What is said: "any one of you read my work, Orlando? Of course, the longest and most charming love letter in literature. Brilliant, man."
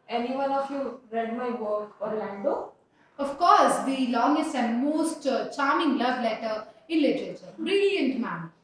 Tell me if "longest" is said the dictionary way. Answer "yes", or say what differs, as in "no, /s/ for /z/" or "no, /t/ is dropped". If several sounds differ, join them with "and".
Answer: yes